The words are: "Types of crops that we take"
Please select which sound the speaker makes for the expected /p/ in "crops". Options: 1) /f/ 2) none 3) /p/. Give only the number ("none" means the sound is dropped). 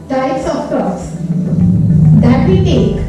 2